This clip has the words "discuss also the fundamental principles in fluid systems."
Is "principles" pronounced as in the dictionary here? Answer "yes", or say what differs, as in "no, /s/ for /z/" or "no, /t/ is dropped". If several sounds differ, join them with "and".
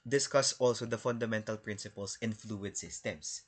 no, /s/ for /z/